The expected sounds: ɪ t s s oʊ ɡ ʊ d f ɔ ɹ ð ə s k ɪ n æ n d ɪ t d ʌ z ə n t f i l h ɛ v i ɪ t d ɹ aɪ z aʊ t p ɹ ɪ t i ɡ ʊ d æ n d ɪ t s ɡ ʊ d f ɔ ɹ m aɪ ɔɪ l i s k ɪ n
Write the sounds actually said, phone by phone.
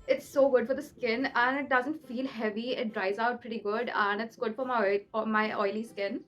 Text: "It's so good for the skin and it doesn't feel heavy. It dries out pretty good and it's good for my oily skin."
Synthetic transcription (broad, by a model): ɪ t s s oʊ ɡ ʊ d f ɔ ɹ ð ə s k ɪ n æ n ɪ t d ʌ z ə n t f i l h ɛ v i ɪ t d ɹ aɪ z aʊ t p ɹ ɪ t i ɡ ʊ d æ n ɪ t s ɡ ʊ d f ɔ ɹ m aɪ ɔɪ l i s k ɪ n